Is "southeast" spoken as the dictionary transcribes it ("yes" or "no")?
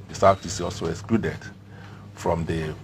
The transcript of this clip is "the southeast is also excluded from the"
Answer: no